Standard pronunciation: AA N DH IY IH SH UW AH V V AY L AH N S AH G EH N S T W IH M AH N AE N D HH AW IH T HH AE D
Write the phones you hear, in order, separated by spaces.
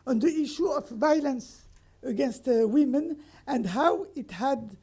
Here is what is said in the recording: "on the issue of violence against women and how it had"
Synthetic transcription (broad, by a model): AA N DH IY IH SH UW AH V V AY L AH N S AH G EH N S T W IH M AH N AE N D HH AW IH T HH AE D